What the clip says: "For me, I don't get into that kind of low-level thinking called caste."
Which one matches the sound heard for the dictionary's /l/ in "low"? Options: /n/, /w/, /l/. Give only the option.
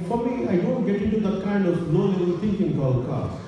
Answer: /n/